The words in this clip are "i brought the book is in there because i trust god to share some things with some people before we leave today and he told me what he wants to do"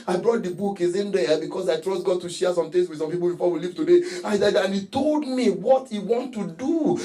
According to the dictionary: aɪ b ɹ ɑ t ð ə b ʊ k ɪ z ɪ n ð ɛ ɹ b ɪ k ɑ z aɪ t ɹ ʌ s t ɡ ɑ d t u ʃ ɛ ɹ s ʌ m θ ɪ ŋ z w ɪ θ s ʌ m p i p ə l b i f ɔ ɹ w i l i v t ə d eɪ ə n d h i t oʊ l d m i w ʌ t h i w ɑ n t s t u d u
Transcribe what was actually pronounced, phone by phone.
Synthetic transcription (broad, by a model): aɪ b ɹ ɑ t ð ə b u k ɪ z ɪ n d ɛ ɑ b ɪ k ɑ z aɪ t ɹ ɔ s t ɡ ɑ d t u ʃ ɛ s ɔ m t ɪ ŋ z w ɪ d s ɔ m p i p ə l b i f ɔ w i l i v t ə d eɪ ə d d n i t oʊ l d m i w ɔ t h i w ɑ n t t u d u